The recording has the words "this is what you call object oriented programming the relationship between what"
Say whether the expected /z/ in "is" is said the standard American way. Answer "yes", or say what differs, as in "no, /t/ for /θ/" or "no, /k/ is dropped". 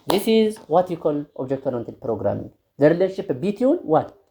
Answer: yes